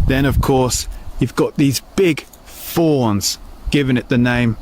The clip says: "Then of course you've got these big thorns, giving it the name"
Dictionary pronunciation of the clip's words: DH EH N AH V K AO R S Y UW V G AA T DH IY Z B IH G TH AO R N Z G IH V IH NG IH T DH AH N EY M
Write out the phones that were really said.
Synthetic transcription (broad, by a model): DH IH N AH V K AO R S Y UW V G AA T DH IY Z B IH G F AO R N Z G IH V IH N IH T DH AH N EY M